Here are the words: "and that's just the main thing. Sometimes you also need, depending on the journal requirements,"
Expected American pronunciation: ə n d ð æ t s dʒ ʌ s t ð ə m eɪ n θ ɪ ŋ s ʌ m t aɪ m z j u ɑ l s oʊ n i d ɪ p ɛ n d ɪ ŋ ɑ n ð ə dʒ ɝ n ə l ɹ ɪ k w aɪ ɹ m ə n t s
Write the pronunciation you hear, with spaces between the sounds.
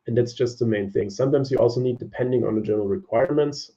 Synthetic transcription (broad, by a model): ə n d ð æ t s dʒ ʌ s t ð ə m eɪ n θ ɪ ŋ s ʌ m t aɪ m z j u ɑ l s oʊ n i d ɪ p ɛ n d ɪ ŋ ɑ n ð ə dʒ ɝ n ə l ɹ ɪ k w aɪ ɹ m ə n t s